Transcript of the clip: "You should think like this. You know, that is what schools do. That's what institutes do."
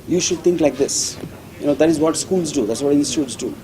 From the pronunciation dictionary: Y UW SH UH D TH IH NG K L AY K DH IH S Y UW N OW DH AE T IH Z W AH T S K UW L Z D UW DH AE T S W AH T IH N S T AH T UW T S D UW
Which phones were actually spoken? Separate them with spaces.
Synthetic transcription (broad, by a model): Y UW SH UH D T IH NG K L AY K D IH S Y UW N OW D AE T IH Z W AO T S K UW L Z D UW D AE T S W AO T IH N S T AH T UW T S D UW